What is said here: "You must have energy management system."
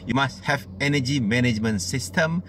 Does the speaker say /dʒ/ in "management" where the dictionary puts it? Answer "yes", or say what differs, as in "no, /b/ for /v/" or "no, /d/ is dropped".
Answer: yes